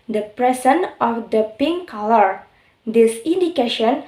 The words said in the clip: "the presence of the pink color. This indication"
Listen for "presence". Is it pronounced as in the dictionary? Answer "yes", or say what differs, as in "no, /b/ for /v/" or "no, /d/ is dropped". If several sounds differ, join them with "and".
no, /s/ is dropped